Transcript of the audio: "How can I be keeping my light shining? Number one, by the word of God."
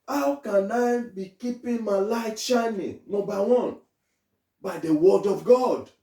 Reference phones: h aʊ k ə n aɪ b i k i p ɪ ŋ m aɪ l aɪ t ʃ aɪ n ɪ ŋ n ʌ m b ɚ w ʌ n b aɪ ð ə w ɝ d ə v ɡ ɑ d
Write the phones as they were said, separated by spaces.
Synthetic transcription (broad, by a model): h aʊ k ə n aɪ b i k i p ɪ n m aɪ l aɪ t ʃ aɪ n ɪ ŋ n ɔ b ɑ w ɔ n b aɪ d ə w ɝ d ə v ɡ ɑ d